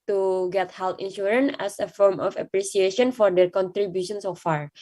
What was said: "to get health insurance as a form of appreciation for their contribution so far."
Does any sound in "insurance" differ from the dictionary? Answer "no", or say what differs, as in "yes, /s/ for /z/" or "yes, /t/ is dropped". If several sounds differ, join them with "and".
yes, /s/ is dropped